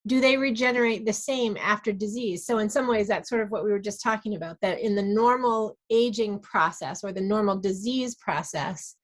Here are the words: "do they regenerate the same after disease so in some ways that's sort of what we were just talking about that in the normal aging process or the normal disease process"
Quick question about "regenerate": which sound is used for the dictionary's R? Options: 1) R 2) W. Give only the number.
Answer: 1